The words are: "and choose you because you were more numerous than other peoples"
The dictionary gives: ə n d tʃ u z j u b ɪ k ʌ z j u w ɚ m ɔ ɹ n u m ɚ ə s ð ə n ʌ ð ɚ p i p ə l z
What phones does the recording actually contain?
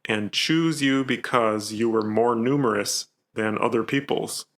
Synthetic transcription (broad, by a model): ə n tʃ u z j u b ɪ k ʌ z j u w ɚ m ɔ ɹ n u m ɚ ə s ð ə n ʌ ð ɚ p i p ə l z